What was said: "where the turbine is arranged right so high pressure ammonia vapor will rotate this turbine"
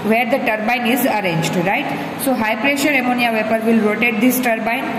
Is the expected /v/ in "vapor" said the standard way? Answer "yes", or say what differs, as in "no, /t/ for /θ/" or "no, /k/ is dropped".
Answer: yes